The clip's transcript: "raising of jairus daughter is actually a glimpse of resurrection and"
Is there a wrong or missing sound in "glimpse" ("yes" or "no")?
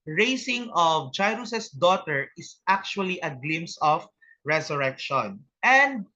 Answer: yes